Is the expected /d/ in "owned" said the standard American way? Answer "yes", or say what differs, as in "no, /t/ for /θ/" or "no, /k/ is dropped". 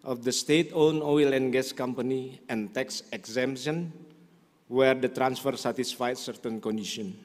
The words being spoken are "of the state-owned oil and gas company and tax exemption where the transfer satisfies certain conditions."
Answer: no, /d/ is dropped